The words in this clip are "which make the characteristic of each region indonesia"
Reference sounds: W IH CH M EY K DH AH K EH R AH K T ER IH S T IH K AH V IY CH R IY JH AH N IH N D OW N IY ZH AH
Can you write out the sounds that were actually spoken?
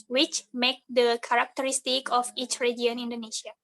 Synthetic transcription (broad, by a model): W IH CH M EY K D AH K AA R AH K T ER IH S T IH K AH F IY CH R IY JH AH N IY N D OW N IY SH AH